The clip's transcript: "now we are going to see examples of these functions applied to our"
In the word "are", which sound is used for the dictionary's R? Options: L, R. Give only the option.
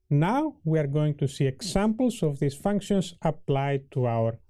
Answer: R